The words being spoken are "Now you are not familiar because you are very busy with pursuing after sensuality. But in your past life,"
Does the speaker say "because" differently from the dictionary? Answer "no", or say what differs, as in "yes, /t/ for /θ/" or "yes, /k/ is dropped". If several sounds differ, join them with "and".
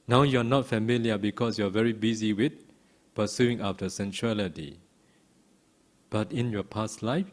yes, /s/ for /z/